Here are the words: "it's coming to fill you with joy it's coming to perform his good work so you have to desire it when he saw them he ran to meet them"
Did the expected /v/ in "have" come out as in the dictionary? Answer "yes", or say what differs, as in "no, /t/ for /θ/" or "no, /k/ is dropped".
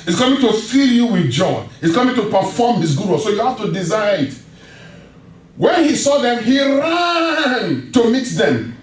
no, /f/ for /v/